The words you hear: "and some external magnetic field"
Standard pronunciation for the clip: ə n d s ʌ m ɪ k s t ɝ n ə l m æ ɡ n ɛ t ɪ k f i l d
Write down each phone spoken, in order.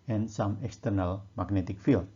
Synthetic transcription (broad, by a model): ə n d s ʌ m ɪ k s t ɝ n ə l m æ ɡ n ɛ t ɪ k f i l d